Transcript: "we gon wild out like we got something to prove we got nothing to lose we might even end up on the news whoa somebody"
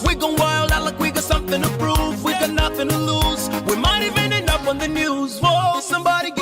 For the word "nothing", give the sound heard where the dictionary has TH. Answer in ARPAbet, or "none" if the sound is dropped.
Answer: TH